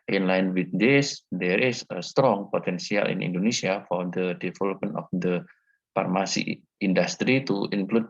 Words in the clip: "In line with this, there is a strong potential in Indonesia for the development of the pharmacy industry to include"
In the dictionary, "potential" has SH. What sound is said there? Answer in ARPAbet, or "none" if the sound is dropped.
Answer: S